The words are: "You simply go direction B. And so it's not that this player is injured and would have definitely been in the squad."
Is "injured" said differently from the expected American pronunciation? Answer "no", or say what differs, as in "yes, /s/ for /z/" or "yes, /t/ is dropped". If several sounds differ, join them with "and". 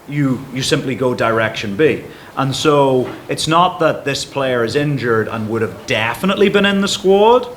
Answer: no